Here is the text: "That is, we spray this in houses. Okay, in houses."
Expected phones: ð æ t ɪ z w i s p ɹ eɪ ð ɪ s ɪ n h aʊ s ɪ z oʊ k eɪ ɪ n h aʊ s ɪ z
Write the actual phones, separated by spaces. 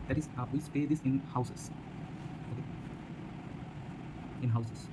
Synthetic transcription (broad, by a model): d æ t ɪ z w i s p eɪ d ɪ s ɪ n h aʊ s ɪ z oʊ k eɪ ɪ n h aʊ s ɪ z